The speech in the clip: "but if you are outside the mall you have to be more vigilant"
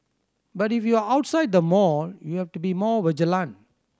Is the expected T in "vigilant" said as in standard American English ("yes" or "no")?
no